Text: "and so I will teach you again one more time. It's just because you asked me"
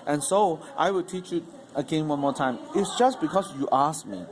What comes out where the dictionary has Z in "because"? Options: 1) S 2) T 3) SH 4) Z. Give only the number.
1